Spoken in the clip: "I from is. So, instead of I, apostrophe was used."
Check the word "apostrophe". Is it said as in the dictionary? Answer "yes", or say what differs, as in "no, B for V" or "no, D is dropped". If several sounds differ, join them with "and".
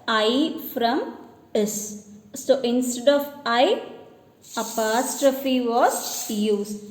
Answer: yes